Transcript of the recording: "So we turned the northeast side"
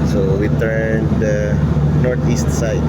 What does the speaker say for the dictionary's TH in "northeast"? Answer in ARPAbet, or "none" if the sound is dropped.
T